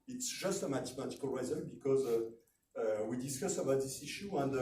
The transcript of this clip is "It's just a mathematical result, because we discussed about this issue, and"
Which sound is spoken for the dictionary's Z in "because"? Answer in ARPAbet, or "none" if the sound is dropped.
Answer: Z